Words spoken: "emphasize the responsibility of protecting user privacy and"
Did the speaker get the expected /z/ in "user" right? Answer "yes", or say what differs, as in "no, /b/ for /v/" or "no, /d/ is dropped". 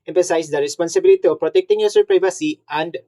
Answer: no, /s/ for /z/